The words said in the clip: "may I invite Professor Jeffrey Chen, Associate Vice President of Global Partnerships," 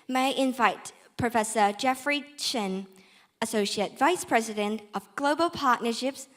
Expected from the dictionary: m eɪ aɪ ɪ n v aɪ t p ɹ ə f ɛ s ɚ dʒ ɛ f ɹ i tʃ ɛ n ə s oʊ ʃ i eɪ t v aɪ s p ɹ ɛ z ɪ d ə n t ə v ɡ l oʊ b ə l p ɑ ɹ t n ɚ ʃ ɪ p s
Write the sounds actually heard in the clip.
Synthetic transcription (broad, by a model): m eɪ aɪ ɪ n v aɪ t p ɹ ə f ɛ s ɚ dʒ ɛ f ɹ i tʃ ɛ n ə s oʊ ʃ i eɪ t v aɪ s p ɹ ɛ z ɪ d ə n t ə v ɡ l oʊ b ə l p ɑ ɹ t n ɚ ʃ ɪ p s